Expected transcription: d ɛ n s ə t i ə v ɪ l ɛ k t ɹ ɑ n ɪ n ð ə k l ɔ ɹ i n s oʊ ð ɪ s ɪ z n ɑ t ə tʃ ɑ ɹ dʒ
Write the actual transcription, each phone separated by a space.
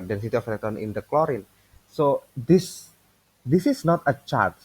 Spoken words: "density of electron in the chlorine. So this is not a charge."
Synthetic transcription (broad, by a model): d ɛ n s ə t i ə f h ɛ t ɑ n ɪ n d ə k l ɔ ɹ i n s oʊ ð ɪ s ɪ s n ɑ t ə tʃ ɑ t